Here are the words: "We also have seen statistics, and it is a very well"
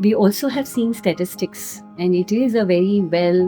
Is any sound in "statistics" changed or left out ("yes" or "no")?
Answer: no